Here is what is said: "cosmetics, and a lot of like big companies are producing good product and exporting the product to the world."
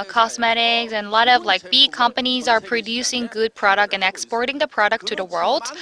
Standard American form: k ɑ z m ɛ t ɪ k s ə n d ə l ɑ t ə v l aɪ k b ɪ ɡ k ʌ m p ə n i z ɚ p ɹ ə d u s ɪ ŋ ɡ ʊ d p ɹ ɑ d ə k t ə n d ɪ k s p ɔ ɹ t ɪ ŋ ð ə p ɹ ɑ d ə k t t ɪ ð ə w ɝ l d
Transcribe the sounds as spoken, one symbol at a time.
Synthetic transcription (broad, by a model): k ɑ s m ɛ t ɪ k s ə n l ɑ t ə v l aɪ k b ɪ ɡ k ʌ m p ə n i z ɚ p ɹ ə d u s ɪ ŋ ɡ ʊ d p ɹ ɑ d ə k t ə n ɪ k s p ɔ ɹ t ɪ ŋ ð ə p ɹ ɑ d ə k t t ɪ ð ə w ɝ l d